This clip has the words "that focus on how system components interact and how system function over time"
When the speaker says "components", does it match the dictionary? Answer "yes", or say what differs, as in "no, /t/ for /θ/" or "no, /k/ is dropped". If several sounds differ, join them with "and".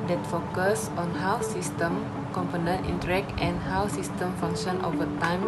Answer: no, /s/ is dropped